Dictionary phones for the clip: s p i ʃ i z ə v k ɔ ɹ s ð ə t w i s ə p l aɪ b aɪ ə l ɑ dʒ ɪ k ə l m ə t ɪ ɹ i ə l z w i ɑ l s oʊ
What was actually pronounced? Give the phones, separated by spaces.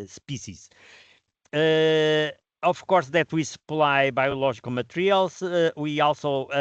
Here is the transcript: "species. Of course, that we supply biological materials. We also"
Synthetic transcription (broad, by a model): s p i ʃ i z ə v k ɔ ɹ s ð ə t w i s ə p l aɪ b aɪ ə l ɑ ʒ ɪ k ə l m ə t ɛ ɹ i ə l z w i ɑ l s oʊ